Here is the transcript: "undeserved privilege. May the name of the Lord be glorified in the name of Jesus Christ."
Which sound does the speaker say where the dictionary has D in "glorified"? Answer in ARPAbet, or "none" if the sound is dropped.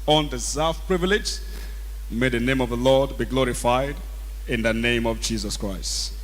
D